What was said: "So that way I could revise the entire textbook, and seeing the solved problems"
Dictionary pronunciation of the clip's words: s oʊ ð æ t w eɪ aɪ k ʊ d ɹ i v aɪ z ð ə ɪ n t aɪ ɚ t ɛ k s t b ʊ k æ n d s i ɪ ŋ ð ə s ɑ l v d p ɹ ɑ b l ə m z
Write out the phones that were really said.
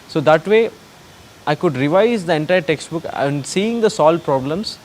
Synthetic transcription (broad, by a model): s oʊ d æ t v eɪ aɪ k ʊ d ɹ i v aɪ z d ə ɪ n t aɪ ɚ t ɛ k s t b ʊ k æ n d s i ɪ ŋ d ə s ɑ l d p ɹ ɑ b l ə m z